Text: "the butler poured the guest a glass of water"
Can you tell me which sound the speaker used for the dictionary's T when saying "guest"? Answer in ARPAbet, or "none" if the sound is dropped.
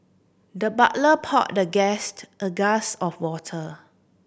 T